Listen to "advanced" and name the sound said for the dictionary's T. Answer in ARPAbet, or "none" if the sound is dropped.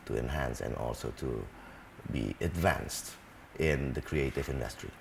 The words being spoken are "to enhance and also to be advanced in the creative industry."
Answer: T